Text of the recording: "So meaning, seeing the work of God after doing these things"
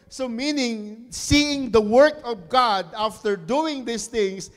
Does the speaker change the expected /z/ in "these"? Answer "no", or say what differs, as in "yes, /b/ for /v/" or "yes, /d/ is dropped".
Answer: yes, /s/ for /z/